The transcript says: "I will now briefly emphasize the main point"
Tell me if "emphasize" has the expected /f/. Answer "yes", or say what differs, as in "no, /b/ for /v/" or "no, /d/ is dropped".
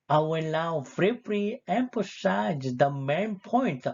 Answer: no, /p/ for /f/